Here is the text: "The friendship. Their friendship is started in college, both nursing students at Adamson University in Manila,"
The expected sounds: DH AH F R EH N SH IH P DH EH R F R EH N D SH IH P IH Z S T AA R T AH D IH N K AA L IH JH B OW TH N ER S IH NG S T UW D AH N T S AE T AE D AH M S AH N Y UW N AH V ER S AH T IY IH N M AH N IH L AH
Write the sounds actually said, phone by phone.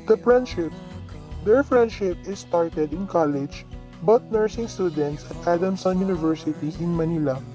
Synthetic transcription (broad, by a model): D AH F R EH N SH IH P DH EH R F R EH N D SH IH P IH S T AA R T AH D IH N K AA L IH JH B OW T N ER S IH NG S T UW D AH N T S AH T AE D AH M S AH N Y UW N AH V ER S AH T IY IH N M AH N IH L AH